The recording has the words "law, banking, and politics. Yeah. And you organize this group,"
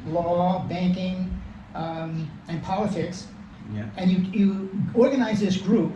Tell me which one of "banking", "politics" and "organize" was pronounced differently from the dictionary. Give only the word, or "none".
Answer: none